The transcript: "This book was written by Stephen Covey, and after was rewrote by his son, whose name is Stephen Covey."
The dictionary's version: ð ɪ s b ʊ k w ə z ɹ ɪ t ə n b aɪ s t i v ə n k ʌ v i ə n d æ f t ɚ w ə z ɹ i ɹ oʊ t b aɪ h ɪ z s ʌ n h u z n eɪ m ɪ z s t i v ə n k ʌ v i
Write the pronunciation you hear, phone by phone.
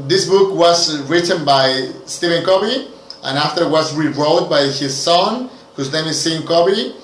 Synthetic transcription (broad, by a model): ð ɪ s b ʊ k w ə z ɹ ɪ t ə n b aɪ s t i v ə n k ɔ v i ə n æ f t ɚ w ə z ɹ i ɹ oʊ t b aɪ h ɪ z s ʌ n h u z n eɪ ɪ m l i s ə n k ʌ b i